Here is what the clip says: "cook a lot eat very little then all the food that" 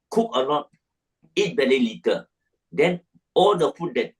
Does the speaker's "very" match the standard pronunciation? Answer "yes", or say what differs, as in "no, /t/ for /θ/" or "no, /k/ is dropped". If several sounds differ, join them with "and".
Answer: no, /b/ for /v/ and /l/ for /ɹ/